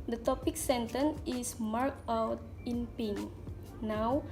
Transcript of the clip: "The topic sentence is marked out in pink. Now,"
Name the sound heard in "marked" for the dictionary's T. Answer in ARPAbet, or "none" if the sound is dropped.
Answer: none